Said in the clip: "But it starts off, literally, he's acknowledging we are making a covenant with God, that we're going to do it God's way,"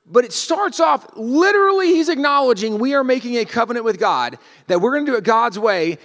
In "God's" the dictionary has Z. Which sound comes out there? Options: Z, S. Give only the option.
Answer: Z